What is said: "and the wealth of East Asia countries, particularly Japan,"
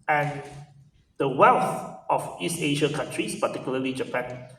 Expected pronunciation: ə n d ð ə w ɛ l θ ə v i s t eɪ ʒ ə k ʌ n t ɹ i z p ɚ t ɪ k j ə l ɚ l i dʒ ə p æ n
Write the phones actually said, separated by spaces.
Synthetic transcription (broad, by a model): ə n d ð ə w ɛ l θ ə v i s t eɪ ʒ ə k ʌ n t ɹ i s p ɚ t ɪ k j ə l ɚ l i dʒ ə p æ n